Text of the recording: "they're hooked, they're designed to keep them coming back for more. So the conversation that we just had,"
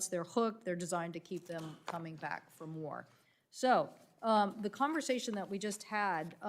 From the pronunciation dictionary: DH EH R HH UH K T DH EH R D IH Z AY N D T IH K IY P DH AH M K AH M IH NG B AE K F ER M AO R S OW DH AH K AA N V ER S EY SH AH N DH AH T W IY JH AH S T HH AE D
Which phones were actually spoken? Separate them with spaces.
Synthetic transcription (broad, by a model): DH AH R HH UH K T DH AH R D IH Z AY N T IH K IY P DH AH M K AH M IH NG B AE K F ER M AO R S OW DH AH K AA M V ER S EY SH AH N DH AH T W IY JH AH S T HH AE D